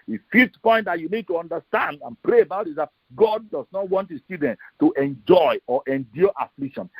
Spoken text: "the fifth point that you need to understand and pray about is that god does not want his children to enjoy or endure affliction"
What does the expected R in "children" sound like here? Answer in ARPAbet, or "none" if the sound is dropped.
none